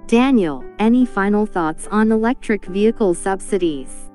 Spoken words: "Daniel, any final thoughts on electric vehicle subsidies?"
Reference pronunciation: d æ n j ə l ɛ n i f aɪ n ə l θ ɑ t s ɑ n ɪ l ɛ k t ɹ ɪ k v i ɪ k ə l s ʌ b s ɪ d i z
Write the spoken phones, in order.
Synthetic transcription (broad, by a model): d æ n j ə l ɛ n i f aɪ n l θ ɑ t s n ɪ l ɛ k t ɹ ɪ k v i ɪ k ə l s ʌ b s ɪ d i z